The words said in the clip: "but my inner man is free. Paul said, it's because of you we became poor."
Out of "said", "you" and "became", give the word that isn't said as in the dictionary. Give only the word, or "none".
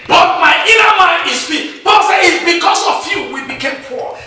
said